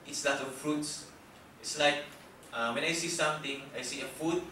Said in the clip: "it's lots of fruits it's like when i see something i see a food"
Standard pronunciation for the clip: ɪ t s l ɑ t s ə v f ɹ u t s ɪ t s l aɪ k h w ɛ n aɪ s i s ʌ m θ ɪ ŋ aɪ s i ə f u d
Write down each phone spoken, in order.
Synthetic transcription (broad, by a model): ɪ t s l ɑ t ə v f ɹ u t s ɪ t s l aɪ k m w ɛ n aɪ s i s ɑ m t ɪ ŋ aɪ s i ə f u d